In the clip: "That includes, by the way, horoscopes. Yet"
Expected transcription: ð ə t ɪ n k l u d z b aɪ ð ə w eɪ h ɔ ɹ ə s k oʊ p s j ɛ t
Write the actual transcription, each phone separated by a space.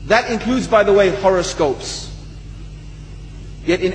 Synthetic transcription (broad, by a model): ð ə t ɪ n k l u d z b aɪ ð ə w eɪ h ɔ ɹ ə s k oʊ p s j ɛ t